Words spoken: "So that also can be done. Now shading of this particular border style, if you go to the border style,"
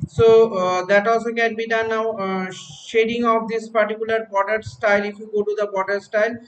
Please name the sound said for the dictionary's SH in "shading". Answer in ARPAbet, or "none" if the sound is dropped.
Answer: SH